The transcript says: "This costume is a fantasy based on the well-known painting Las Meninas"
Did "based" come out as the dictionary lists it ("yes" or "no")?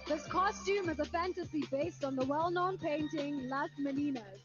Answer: yes